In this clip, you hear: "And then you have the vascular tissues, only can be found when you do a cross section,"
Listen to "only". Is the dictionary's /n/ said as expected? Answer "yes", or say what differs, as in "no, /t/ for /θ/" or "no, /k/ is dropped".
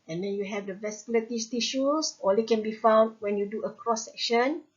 no, /n/ is dropped